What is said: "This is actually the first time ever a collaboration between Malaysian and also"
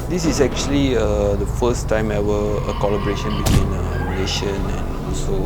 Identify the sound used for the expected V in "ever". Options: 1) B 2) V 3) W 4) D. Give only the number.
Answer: 3